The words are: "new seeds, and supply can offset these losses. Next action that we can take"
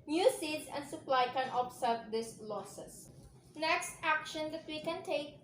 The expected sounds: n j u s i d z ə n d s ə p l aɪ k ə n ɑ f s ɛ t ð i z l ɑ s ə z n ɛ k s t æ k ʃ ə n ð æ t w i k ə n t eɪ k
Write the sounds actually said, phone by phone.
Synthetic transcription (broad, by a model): n j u s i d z ə n d s ə p l aɪ k ə n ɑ p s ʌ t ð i s l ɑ s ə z n ɛ k s t æ k ʃ ə n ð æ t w i k ə n t eɪ k